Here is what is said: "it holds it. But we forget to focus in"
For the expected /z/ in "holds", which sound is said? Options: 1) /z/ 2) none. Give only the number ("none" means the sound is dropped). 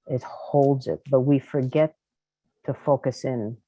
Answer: 1